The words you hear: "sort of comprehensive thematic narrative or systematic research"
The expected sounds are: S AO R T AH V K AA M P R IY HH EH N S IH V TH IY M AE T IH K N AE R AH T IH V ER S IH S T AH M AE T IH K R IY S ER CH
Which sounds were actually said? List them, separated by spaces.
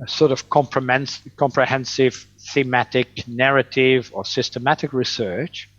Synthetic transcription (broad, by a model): S AO R T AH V K AA M P R IY HH EH N S IH V TH IY M AE T IH K N AE R AH T IH V ER S IH S T AH M AE T IH K R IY S ER CH